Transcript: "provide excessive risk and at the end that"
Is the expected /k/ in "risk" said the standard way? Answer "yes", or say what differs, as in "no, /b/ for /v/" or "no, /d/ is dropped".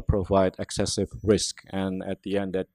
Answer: yes